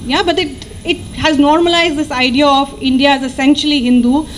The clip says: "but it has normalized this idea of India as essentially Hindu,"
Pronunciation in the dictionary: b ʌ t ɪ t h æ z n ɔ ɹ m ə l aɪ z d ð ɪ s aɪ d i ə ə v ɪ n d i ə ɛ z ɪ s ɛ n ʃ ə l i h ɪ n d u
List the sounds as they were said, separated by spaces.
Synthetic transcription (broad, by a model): b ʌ t ɪ t h æ z n ɔ ɹ m ə l aɪ z d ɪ s aɪ d i ə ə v ɪ n d i ə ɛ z ɪ s ɛ n ʃ ə l i h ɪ n d u